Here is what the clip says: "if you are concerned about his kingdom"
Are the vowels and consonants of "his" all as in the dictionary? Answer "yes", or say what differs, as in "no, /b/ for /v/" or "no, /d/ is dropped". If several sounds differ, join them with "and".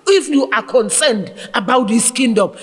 no, /s/ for /z/